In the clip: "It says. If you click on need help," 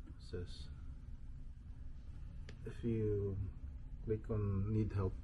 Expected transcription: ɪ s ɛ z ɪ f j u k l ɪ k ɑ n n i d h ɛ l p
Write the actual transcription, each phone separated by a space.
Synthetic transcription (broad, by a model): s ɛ s ɪ f j u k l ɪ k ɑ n n i d h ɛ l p